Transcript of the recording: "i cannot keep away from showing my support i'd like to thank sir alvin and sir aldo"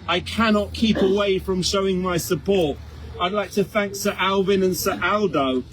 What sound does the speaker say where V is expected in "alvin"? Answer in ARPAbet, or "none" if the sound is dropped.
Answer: V